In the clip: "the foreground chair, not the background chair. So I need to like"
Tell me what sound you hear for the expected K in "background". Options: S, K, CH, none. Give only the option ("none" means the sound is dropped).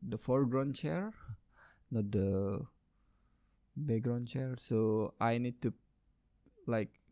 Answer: none